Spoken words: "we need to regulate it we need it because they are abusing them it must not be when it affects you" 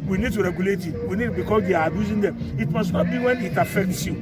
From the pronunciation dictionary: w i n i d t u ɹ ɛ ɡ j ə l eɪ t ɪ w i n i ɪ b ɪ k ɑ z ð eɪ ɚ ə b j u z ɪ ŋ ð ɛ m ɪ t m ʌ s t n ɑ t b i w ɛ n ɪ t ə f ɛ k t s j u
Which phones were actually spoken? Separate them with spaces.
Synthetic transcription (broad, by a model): w i n i d t u ɹ ɛ ɡ j ə l eɪ t ɪ w i n i b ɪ k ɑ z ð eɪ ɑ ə b j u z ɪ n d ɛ m ɪ t m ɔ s n ɑ t b i w ɛ n ɪ t ə f ɛ k t s j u